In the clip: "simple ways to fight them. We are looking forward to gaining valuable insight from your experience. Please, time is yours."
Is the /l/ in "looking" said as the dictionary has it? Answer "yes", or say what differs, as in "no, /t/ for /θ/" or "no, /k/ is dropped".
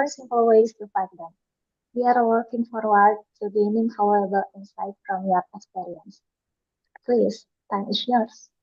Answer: no, /w/ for /l/